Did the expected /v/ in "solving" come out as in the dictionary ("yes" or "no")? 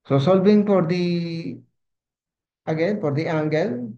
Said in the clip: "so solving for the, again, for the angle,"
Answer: no